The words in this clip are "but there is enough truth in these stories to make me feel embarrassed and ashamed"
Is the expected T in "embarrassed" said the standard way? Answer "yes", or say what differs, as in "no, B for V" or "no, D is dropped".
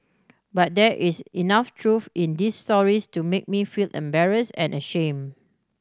no, T is dropped